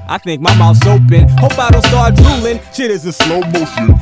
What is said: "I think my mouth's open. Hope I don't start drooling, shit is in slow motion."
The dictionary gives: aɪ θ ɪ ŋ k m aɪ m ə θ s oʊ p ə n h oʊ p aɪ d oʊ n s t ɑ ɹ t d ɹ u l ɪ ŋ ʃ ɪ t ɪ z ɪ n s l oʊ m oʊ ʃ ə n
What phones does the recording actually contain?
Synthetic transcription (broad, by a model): aɪ θ ɪ ŋ k m aɪ m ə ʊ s oʊ p ə n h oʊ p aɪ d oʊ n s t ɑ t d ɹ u l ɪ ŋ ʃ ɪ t ɪ z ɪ s l oʊ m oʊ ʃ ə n